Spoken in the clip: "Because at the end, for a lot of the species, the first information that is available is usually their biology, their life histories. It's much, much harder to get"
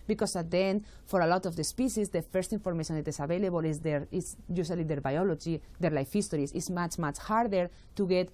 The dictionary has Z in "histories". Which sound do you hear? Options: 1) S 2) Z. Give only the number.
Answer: 1